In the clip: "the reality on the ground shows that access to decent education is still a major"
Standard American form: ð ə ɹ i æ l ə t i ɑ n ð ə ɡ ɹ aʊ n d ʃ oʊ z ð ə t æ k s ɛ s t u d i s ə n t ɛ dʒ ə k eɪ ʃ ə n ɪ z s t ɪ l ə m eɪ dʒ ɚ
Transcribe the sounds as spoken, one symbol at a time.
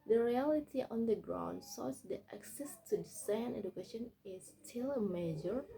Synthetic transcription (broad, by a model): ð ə ɹ i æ l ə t i ɑ n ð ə ɡ ɹ aʊ n d s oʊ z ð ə t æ k s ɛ s t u d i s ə n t ɛ dʒ ə k eɪ ʃ ə n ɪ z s t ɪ l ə m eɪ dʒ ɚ